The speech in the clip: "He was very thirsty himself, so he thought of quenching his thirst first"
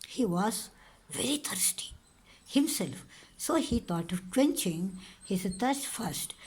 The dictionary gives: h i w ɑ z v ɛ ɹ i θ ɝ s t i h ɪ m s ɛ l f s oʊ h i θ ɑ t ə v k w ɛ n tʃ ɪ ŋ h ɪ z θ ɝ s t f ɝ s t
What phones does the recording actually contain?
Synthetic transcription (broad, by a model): h i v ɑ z v ɛ ɹ i t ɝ s t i h ɪ m s ɛ l f s oʊ h i t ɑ t ə v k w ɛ n tʃ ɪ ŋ h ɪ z t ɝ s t f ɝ s t